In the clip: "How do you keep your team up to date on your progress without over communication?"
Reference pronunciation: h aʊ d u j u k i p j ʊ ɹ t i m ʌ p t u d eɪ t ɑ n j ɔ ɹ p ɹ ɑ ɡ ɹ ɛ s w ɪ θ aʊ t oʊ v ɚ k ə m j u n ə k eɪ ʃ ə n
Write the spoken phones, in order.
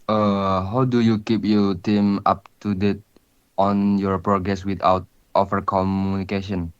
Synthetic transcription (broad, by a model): h aʊ d u j u k i p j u t i m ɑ p t u d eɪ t ɑ n j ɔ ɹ p ɹ ɑ ɡ ɹ ɛ s w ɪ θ aʊ t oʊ f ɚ k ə m j u n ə k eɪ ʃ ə n